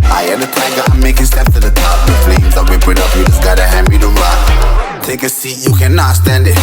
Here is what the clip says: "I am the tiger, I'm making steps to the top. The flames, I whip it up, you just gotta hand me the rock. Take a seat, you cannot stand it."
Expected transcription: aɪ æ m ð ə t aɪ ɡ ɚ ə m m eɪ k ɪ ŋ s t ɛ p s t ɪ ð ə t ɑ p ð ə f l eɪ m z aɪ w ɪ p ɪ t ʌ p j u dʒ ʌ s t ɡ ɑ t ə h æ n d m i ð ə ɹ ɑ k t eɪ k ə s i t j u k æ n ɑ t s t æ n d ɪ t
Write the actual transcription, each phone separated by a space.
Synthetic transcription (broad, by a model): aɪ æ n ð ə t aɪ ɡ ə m m eɪ k ɪ ŋ s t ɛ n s t ɪ ð ə t ɑ p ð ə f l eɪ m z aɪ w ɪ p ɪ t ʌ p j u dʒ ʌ s ɡ ɑ t ə h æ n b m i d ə l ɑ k t eɪ k ə s i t j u k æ n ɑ t s t æ n d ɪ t